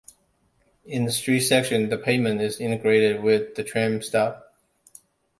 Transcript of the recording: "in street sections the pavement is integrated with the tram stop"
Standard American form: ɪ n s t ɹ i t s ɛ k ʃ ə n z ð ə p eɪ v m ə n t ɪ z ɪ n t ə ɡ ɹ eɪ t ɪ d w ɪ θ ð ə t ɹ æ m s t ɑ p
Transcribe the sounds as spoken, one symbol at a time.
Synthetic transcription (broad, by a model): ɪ n s t ɹ i t s ɛ k ʃ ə n ð ə p eɪ m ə n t ɪ z ɪ n t ə ɡ ɹ eɪ t ɪ d w ɪ ð ə t ɹ æ m s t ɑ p